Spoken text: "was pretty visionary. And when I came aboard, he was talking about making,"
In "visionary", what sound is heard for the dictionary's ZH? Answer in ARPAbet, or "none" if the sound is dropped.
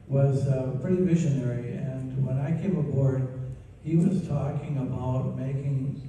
SH